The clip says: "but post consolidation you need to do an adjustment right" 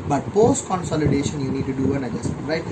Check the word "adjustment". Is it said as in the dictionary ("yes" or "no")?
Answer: no